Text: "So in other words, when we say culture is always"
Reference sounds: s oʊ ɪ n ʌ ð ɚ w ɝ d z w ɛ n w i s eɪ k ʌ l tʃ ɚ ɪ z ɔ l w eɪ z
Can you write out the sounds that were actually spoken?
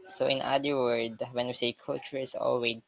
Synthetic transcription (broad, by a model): s oʊ ɪ n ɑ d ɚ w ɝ d w ɛ n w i s eɪ k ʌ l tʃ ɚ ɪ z ɔ l w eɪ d